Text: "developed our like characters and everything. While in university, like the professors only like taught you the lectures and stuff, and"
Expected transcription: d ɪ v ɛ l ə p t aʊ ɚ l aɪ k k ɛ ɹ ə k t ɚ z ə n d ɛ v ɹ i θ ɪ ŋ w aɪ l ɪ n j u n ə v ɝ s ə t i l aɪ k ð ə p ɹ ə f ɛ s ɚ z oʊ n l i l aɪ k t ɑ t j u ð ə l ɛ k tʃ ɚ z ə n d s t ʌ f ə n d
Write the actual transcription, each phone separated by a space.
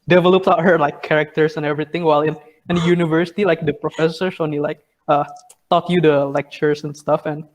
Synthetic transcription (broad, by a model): d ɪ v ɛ l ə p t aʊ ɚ l aɪ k k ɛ ɹ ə k t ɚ s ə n ɛ v ɹ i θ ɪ ŋ w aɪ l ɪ n j u n ə v ɝ s ə t i l aɪ k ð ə p ɹ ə f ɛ s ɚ s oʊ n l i l aɪ k t ɑ t j u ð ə l ɛ k tʃ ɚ s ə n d s t ʌ f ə n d